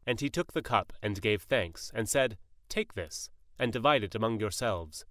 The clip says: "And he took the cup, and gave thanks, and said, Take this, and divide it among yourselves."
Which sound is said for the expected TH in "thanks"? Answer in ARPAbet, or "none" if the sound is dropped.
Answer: TH